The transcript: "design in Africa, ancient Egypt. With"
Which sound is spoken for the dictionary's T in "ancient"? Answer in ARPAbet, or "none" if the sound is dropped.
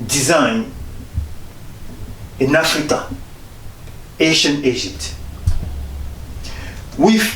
none